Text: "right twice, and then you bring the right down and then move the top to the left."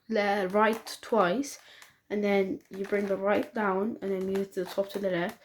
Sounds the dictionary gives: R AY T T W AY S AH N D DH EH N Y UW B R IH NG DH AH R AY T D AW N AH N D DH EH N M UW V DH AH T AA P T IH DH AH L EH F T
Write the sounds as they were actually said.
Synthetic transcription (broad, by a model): R AY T T W AY S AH N DH EH N Y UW B R IH NG DH AH R AY T D AW N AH N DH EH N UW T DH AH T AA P T IH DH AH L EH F